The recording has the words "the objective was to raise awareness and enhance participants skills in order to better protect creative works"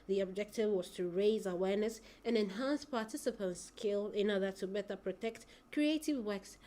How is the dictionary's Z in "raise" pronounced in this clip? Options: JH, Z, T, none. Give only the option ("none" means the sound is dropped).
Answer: Z